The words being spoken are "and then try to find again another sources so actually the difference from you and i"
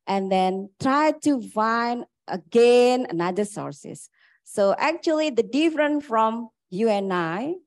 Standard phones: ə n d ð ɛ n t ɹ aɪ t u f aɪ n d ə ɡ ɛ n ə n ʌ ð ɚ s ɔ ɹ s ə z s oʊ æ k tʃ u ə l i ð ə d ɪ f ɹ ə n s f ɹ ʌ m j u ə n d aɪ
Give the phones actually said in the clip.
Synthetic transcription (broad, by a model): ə n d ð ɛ n t ɹ aɪ t u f aɪ n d ə ɡ ɛ n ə n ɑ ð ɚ s ɔ ɹ s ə s oʊ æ k tʃ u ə l i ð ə d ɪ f ɹ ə n f ɹ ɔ m j u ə n aɪ